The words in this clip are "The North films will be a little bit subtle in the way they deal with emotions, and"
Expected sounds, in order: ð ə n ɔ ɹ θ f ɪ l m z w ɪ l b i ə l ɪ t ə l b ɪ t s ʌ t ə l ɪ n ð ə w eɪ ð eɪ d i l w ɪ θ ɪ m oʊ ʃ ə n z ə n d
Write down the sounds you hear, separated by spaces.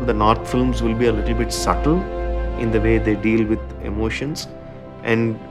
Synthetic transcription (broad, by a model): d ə n ɔ ɹ t f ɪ l m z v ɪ l b i ə l ɪ t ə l b ɪ t s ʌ t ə l ɪ n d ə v eɪ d eɪ d i l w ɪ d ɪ m oʊ ʃ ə n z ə n d